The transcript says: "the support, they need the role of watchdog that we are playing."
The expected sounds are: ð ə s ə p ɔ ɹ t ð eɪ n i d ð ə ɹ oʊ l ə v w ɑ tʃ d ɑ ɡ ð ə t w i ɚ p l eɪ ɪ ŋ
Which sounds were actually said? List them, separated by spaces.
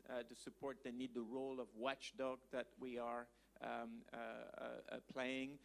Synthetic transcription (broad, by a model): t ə s ə p ɔ ɹ t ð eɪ n i d ð ə ɹ oʊ l ə v w ɑ tʃ d ɑ ɡ ð ə t w i ɚ p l eɪ ɪ ŋ